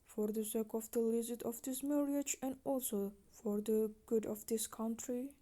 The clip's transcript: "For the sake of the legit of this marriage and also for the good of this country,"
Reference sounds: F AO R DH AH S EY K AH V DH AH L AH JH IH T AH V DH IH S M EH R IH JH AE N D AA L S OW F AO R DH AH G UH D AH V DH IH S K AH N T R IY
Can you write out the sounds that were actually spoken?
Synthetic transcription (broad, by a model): F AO R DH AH S EY K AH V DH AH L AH Z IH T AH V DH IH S M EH R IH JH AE N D AA L S OW F AO R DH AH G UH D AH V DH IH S K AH N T R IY